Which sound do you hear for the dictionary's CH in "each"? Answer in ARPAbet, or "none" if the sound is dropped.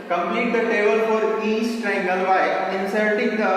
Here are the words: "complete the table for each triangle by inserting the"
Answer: S